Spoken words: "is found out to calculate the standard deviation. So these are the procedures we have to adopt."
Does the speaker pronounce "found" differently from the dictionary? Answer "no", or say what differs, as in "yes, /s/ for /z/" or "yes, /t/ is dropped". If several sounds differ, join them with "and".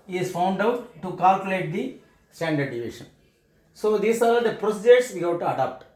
no